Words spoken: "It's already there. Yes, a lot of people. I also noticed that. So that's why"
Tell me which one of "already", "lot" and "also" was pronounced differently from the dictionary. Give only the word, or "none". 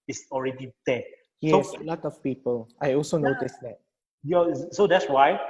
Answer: none